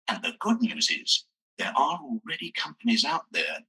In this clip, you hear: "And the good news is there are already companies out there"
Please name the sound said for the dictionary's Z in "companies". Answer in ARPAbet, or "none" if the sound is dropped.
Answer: Z